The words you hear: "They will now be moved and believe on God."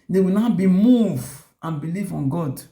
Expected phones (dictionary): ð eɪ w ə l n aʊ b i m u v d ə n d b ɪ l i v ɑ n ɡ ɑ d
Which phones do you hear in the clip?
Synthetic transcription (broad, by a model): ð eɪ w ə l n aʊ b i m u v ə n b ɪ l i v ɑ n ɡ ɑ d